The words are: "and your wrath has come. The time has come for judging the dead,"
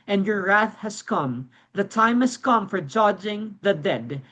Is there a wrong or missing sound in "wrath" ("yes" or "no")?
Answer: no